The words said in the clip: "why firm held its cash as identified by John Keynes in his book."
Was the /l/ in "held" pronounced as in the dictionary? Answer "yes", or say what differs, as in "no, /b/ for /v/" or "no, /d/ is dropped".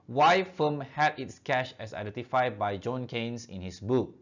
no, /l/ is dropped